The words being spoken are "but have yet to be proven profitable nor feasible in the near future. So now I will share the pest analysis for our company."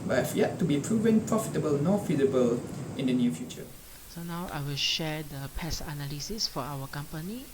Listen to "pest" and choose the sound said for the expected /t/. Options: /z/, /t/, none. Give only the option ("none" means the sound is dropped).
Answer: none